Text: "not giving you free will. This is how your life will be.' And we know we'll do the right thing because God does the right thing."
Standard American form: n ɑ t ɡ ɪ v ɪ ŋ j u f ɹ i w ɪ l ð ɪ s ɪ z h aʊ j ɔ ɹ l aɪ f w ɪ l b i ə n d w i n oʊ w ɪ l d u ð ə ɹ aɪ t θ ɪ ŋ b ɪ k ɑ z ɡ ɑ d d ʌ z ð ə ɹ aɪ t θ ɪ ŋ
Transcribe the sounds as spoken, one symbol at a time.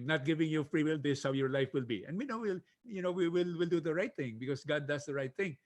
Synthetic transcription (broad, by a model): n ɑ t ɡ ɪ v ɪ ŋ j u f ɹ i w ɪ l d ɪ s h aʊ j ɔ ɹ l aɪ f w ɪ l b i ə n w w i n oʊ w ɪ l d u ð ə ɹ aɪ t θ ɪ ŋ b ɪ k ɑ s ɡ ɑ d d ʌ s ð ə ɹ aɪ t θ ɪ ŋ